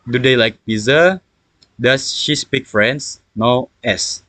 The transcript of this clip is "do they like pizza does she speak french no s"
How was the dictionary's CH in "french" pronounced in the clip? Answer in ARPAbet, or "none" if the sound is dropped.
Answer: S